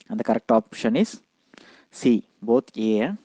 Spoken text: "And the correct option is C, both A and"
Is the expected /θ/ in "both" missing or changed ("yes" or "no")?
yes